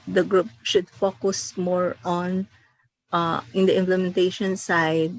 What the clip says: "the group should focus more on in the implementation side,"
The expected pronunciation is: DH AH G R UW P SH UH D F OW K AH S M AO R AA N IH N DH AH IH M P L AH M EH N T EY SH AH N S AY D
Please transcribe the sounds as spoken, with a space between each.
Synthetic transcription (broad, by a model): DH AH G R UW P SH UH D F OW K AH S M AO R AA N IH N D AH IH M P L AH M EH N T EY SH AH N S AY D